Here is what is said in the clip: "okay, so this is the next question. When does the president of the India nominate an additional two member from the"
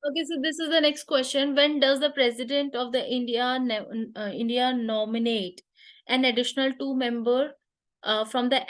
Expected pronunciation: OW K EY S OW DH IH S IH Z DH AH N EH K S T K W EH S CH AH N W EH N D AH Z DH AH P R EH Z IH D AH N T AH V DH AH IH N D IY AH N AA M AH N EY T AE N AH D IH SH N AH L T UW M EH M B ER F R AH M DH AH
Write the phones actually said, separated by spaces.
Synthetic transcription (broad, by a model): OW K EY S OW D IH S IH Z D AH N EH K S T K W EH S CH AH N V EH N D AH Z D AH P R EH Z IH D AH N T AH V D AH IH N D IY AH N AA M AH N EY T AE N AH D IH SH N AH L T UW M EH M B ER F R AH M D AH